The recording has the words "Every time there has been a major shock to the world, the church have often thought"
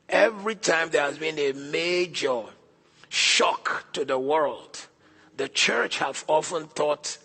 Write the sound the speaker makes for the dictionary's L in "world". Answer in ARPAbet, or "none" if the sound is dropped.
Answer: L